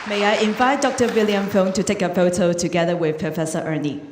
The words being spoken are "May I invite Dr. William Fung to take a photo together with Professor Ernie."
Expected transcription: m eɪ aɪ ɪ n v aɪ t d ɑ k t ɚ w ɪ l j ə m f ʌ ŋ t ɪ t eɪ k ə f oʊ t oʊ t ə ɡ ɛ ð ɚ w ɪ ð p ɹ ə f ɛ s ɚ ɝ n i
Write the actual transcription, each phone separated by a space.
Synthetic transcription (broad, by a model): m eɪ aɪ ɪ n v aɪ t d ɑ k t ɚ w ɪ l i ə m f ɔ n t ɪ t eɪ k ə f oʊ t oʊ t ə ɡ ɛ ð ɚ w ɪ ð p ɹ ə f ɛ s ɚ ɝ n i